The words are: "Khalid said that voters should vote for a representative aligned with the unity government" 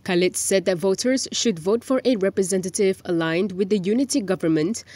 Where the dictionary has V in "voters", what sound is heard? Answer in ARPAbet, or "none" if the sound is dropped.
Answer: V